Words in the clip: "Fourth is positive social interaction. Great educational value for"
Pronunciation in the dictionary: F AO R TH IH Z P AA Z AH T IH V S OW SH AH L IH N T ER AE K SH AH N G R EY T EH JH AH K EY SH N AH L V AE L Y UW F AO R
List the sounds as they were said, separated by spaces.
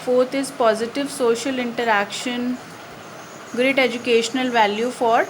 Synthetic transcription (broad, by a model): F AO R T IH Z P AA Z AH T IH V S OW SH AH L IH N T ER AE K SH AH N G R EY T EH JH AH K EY SH N AH L V AE L Y UW F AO R